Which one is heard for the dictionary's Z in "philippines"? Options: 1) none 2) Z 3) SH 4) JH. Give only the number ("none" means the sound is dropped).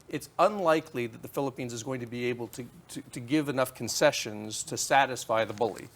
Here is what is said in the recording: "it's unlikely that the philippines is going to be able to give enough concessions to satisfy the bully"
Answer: 2